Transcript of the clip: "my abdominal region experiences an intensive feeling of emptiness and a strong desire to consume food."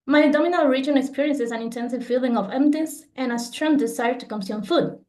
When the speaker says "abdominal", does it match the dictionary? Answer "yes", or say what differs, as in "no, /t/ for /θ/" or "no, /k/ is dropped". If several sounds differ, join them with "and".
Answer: no, /b/ is dropped